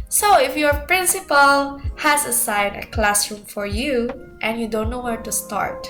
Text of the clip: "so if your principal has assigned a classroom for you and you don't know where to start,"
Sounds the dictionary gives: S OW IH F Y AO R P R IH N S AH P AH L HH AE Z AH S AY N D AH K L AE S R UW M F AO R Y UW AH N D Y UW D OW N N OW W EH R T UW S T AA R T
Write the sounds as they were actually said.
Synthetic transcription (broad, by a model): S OW IH F Y AO R P R IH N S AH P AH L HH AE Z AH S AY N AH K L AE S R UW M F AO R Y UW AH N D Y UW D OW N N OW W EH R T UW S T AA R T